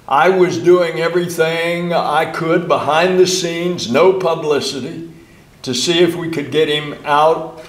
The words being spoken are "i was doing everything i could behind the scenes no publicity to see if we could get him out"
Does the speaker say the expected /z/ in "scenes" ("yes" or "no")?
yes